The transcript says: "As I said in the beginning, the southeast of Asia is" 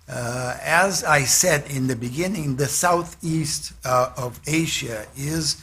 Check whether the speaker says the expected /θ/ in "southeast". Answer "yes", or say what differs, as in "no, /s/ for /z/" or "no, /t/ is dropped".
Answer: yes